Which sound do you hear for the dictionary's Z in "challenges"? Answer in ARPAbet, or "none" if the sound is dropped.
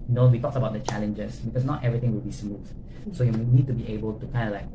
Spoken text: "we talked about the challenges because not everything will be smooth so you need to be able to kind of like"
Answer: S